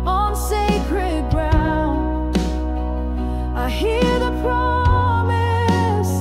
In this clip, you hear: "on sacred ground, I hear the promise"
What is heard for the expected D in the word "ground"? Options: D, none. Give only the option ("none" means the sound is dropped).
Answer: none